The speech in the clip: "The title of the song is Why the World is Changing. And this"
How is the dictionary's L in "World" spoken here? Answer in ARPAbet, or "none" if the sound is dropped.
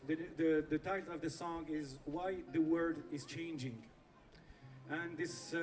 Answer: none